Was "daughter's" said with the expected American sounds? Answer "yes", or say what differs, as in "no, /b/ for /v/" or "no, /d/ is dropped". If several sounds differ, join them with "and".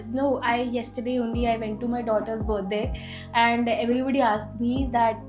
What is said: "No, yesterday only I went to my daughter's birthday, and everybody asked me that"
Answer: no, /s/ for /z/